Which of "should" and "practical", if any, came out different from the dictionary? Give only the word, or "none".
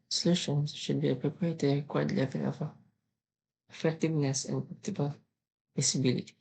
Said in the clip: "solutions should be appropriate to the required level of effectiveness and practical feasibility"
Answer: practical